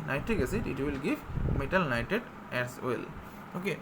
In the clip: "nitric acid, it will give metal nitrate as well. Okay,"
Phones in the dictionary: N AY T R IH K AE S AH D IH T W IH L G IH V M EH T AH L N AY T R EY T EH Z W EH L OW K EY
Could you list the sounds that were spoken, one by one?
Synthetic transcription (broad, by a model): N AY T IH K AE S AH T IH T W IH L G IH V M EH T AH L N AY T EY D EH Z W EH L OW K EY